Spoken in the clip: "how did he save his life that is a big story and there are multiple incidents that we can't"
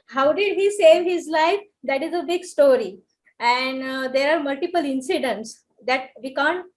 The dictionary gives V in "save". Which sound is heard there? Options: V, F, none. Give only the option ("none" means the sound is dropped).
V